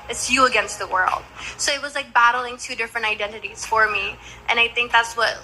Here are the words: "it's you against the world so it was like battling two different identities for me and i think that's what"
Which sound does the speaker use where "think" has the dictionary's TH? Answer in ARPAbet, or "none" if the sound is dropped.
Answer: TH